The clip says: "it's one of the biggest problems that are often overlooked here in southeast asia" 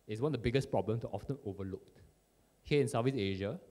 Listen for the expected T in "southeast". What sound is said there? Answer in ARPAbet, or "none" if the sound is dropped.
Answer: none